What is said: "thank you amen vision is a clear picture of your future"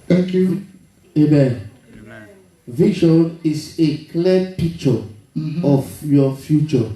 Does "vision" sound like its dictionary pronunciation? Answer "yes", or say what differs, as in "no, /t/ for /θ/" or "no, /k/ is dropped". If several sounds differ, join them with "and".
no, /ʃ/ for /ʒ/